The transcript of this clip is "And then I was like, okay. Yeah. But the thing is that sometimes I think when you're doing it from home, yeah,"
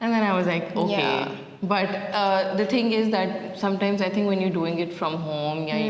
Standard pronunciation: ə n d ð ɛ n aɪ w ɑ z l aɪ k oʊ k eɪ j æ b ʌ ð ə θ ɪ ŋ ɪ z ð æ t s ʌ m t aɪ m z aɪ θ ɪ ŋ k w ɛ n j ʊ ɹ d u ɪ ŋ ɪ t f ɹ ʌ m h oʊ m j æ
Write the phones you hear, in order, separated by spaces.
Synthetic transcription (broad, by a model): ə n d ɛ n aɪ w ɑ z l aɪ k oʊ k eɪ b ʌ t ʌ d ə t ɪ ŋ ɪ z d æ t s ʌ m t aɪ m z aɪ t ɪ ŋ k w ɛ n j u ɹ d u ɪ ŋ ɪ t f ɹ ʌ m h oʊ m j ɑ